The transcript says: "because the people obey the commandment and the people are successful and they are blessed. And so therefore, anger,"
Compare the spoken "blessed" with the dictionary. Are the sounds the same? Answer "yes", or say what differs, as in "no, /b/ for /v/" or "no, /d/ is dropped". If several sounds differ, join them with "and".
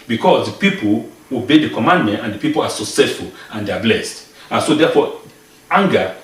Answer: yes